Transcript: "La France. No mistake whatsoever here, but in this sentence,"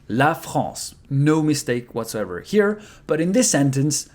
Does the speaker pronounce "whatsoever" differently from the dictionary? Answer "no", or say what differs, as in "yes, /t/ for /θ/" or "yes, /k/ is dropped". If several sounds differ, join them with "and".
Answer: no